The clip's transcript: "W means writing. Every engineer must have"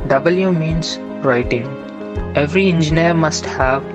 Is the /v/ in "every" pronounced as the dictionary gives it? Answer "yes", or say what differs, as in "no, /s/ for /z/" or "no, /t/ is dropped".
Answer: yes